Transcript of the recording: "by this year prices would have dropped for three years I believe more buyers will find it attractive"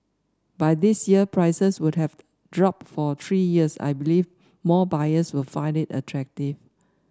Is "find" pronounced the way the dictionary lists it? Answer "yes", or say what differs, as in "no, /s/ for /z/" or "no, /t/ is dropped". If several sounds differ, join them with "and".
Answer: yes